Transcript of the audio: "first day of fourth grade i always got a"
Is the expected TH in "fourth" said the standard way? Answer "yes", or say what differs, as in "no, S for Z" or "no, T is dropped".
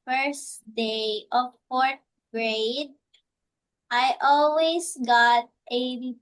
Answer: no, T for TH